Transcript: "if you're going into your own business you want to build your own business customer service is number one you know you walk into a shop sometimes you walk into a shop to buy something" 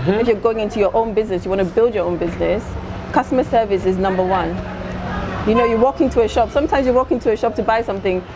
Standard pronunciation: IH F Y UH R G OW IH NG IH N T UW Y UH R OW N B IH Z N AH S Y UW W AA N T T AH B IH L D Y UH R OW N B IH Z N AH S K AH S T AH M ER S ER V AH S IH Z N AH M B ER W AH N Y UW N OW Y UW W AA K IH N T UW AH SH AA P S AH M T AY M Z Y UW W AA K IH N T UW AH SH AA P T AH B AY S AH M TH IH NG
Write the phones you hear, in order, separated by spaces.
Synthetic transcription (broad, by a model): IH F Y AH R G OW IH NG IH N T UW Y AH R OW N B IH Z N AH S Y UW W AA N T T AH B IH L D Y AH R OW N B IH Z N AH S K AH S T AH M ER S ER V AH S IH Z N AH M B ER W AH N Y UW N OW Y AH W AA K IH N T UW AH SH AA P S AH M T AY M Z Y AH W AA K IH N T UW AH SH AA P T AH B AY S AH M TH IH NG